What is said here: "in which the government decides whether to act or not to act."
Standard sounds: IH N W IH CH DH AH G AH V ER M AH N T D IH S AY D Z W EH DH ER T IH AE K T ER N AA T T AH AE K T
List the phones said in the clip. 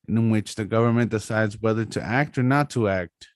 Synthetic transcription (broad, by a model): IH N W IH CH DH AH G AH V ER M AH N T D IH S AY D Z W EH DH ER T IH AE K T ER N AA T T AH AE K T